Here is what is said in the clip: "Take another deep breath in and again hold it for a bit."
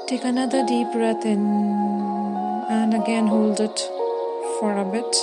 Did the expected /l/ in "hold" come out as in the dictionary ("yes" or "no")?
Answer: yes